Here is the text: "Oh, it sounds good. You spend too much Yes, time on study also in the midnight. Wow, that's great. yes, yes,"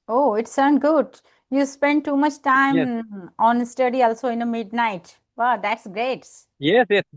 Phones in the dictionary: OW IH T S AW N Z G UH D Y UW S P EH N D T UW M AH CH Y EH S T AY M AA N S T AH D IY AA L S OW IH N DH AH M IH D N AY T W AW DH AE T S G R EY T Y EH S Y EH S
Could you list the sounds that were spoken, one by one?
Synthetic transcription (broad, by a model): OW IH T S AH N G UH D Y UW S P EH N D T UW M AH CH T AY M AA N S T AH D IY AA L S OW IH N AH M IH D N AY T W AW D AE T S G R EY T Y EH S Y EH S